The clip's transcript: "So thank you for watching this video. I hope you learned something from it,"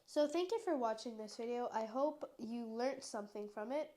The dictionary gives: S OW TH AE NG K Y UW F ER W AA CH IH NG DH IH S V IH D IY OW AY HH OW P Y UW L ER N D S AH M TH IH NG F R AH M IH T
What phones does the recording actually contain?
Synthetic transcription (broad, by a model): S OW TH AE NG K Y UW F ER W AA CH IH NG DH IH S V IH D IY OW AY HH OW P Y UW L ER N S AH M TH IH NG F R AH M IH T